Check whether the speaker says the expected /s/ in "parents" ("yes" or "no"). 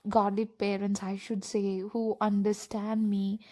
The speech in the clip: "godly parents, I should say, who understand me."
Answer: yes